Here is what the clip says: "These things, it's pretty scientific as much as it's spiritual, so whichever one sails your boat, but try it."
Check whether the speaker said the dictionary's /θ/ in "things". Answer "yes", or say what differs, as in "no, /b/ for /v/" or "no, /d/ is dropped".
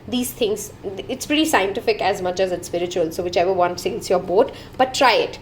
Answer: no, /t/ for /θ/